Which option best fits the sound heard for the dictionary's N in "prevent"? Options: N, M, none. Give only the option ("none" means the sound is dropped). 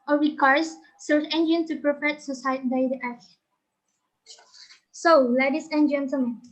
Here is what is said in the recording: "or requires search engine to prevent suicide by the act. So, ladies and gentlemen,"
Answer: none